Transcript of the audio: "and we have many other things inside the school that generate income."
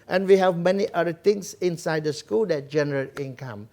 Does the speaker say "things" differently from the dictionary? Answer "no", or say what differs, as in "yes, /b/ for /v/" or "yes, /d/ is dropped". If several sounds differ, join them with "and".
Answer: yes, /t/ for /θ/ and /s/ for /z/